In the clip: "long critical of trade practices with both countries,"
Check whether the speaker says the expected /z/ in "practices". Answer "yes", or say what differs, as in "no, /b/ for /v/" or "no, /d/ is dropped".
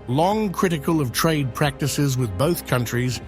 yes